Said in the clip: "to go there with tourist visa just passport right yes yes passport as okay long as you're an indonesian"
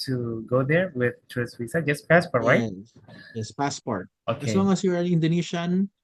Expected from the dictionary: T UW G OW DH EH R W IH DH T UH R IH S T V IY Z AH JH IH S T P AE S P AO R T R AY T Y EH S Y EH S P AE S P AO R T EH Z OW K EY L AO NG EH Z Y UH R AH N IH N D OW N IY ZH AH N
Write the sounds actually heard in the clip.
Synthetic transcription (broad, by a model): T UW G OW DH EH R W IH DH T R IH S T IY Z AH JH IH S P AE S P AO R T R AY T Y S Y EH S P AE S P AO R T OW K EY L AO NG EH S Y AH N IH N D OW N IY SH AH N